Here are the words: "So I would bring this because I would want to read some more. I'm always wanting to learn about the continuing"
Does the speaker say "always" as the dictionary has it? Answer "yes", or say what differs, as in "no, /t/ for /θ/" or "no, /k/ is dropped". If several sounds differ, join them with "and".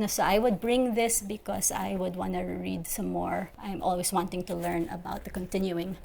no, /s/ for /z/